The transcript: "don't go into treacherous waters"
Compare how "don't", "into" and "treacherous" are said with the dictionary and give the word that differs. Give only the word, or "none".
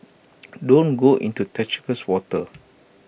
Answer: treacherous